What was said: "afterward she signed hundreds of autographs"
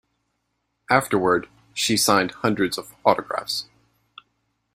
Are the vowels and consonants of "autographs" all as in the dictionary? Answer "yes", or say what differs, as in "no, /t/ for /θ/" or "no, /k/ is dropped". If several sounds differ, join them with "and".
yes